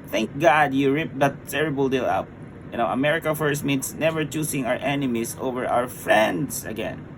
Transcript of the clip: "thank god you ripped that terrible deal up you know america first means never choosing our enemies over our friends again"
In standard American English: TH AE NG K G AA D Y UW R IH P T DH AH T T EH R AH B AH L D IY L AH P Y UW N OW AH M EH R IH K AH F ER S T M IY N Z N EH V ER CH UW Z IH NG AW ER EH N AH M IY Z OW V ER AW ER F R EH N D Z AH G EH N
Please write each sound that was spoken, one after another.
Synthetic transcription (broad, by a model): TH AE NG K G AA D Y UW R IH P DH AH T T EH R AH B AH L D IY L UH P Y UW N OW AH M EH R IH K AH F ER S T M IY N S N EH V ER CH UW S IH NG AW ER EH N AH M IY S OW V ER AW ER F R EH N D S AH G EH N